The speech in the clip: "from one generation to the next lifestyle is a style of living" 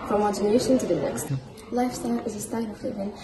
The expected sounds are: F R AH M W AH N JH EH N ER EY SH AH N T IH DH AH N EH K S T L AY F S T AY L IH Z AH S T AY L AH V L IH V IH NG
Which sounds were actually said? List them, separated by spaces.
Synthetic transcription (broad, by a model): F R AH M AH JH EH N ER EY SH AH N T IH DH AH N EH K S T L AY F S T AY L IH Z AH S T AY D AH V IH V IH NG